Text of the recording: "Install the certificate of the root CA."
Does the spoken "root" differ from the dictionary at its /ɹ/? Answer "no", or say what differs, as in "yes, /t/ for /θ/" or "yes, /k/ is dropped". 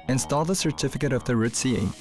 no